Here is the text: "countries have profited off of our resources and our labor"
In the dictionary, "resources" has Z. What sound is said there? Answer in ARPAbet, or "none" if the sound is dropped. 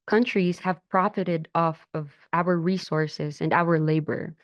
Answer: Z